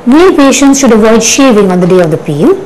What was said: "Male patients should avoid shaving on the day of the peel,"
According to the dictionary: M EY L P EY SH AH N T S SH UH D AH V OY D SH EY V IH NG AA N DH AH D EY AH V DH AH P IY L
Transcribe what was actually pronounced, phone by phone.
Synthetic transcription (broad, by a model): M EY P EY SH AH N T S SH UH D AH V OY D SH EY V IH NG AA N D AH D EY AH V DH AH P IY L